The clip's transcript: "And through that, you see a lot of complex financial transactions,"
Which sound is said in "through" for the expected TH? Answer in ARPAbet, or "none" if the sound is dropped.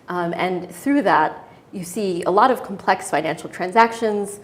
TH